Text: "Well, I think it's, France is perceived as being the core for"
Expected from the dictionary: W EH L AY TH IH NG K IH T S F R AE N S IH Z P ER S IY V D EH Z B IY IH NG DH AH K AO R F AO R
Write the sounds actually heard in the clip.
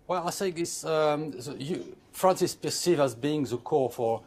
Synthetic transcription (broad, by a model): W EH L AY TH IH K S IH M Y F R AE N S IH S P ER S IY V AA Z B IY IH NG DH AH K AO R F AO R